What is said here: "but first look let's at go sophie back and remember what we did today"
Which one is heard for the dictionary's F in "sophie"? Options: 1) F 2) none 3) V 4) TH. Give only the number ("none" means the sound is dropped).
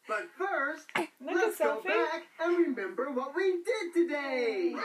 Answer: 2